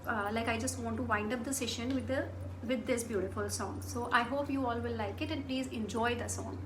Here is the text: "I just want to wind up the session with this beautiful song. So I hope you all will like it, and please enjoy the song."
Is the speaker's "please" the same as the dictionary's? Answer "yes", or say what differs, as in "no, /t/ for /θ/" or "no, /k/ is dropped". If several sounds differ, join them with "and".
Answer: yes